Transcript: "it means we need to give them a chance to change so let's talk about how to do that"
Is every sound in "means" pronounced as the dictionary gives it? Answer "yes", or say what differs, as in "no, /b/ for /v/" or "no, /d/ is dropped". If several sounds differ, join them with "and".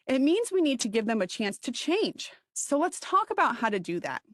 yes